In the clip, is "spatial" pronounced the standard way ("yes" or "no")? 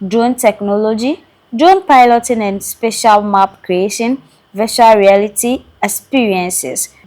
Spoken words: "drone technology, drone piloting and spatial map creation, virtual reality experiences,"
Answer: yes